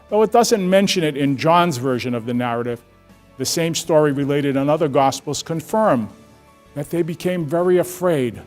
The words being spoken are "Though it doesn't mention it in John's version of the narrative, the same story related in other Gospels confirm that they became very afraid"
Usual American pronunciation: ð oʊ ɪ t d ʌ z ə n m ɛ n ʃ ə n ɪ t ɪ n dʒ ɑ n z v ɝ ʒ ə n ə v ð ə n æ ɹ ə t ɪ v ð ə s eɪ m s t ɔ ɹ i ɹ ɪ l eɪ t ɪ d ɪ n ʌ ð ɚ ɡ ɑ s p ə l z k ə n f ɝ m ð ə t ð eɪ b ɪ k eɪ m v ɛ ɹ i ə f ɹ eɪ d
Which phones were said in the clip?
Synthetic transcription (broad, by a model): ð oʊ ɪ t d ʌ z ə n m ɛ n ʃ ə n ɪ t ɪ n dʒ ɑ n z v ɝ ʒ ə n ə v ð ə n æ ɹ ə t ɪ v ð ə s eɪ m s t ɔ ɹ i ɹ ɪ l eɪ t ɪ d ɪ n ʌ ð ɚ ɡ ɑ s p l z k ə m f ɝ m ð ə t ð eɪ b ɪ k eɪ m v ɛ ɹ i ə f ɹ eɪ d